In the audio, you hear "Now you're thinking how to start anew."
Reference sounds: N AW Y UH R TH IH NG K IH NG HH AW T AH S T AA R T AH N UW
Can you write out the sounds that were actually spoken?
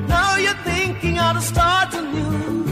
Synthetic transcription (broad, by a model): N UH Y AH R TH IH NG K IH NG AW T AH S T AA R T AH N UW